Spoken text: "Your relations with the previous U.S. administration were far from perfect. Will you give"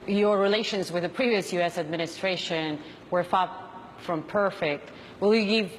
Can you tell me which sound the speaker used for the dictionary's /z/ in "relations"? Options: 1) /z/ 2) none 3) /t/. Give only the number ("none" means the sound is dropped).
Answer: 1